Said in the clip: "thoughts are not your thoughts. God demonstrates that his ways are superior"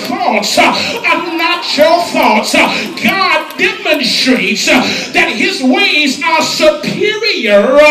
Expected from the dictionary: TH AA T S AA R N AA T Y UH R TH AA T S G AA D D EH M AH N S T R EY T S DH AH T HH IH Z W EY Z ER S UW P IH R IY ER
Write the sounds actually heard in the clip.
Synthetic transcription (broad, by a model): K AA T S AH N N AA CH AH L TH AA T S G AA D D EH M AH N S T R EY T S DH AH T HH IH Z W EY Z ER S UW P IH R IY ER